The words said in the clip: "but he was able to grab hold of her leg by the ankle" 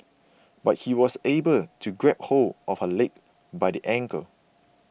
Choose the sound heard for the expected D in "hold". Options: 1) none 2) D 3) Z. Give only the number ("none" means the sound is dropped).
1